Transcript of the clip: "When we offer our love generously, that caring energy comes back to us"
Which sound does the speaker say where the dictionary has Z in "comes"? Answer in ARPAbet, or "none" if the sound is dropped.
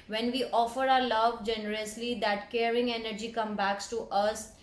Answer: none